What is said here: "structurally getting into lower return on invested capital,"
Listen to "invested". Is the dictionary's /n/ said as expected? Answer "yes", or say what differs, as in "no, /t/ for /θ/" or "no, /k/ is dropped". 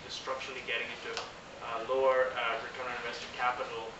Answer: no, /n/ is dropped